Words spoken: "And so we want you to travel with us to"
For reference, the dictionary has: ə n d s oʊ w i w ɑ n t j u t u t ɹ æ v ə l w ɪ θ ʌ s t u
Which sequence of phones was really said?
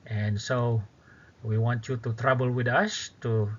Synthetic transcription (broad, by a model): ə n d s oʊ w i w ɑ n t j u t u t ɹ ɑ b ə l w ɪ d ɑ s t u